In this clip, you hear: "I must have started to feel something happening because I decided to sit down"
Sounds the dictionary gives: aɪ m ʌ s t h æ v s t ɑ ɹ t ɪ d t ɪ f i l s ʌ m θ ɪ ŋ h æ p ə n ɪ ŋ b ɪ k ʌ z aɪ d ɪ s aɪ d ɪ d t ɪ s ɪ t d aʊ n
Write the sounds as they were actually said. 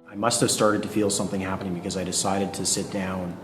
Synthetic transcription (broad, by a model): aɪ m ʌ s t h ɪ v s t ɑ ɹ t ɪ d t ɪ f i l s ʌ m θ ɪ ŋ h æ p ə n ɪ ŋ b ɪ k ʌ z aɪ d ɪ s aɪ d ɪ d t ɪ s ɪ t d aʊ n